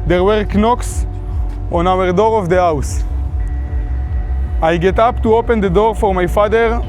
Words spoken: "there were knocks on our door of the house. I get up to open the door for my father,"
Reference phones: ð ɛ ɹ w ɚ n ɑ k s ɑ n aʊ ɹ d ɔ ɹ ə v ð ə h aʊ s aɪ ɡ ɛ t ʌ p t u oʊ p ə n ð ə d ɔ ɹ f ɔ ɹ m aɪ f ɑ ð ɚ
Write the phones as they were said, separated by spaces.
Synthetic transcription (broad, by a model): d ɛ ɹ w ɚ n ɑ k s ɑ n aʊ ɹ d ɔ ɹ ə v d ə h aʊ s aɪ ɡ ɛ t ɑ p t u oʊ p ə n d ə d ɔ ɹ f ɔ ɹ m aɪ f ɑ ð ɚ